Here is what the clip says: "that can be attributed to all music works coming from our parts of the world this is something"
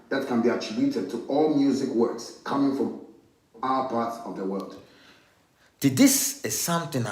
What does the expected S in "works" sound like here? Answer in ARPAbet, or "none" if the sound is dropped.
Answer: S